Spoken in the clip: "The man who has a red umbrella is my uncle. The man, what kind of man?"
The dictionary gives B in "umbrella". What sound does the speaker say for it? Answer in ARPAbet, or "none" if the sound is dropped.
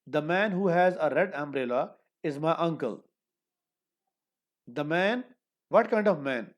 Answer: B